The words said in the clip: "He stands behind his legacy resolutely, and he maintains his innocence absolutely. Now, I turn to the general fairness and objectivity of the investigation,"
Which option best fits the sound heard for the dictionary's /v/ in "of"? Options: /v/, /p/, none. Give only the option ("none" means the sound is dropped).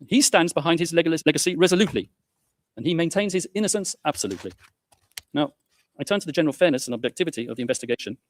/v/